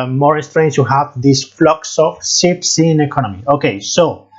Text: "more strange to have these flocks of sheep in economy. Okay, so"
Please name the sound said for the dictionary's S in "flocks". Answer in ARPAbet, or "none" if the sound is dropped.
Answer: S